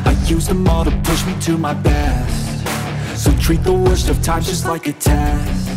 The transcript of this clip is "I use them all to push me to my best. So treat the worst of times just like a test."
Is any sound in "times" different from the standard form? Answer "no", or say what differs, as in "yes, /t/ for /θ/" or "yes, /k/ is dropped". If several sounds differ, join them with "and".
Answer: yes, /z/ is dropped